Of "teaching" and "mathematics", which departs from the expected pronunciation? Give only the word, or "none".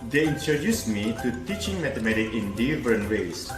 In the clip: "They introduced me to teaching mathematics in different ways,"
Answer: mathematics